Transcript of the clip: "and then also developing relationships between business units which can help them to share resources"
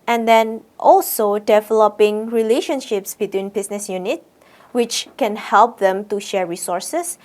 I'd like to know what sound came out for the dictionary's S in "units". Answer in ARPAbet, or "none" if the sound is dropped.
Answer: none